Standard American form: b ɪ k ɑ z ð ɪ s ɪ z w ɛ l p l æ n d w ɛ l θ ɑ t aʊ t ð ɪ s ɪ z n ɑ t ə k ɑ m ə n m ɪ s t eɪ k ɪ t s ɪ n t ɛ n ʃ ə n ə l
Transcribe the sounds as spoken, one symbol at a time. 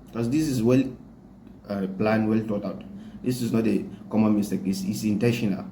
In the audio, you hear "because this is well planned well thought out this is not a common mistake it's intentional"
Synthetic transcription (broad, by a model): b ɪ k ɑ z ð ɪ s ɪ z w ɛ l p l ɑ n w ɛ l t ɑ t aʊ t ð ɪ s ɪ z n ɑ t ə k ɑ m ə n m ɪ s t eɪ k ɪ s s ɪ n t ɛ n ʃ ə n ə l